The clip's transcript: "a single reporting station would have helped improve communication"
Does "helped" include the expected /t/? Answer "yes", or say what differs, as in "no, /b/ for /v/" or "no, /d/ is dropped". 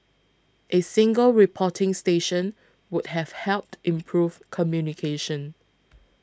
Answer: yes